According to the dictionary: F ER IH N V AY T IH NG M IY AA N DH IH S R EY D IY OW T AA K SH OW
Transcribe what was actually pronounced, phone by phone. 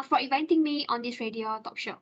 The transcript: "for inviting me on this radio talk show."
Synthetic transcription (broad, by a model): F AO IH V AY T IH NG M IY AA N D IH S R EY D IY OW T AA K SH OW